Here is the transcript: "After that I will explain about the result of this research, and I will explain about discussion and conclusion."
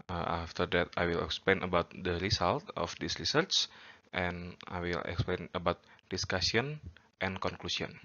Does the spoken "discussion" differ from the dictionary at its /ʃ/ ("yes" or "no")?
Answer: yes